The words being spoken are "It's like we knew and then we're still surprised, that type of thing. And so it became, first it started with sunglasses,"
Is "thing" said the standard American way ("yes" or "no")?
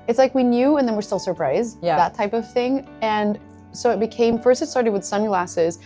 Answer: yes